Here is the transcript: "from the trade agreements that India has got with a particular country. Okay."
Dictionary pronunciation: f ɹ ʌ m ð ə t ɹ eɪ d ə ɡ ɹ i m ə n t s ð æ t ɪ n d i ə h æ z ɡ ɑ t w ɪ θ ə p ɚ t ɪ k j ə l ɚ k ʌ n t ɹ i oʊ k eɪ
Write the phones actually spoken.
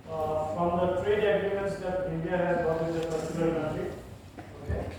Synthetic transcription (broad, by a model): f ɹ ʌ m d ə t ɹ eɪ d ə ɡ ɹ i m ə n t s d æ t ɪ n d i ə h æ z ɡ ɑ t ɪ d ə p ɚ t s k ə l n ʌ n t i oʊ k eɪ